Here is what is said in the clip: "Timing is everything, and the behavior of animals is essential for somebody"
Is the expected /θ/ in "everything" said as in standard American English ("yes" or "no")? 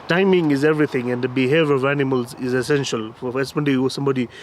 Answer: no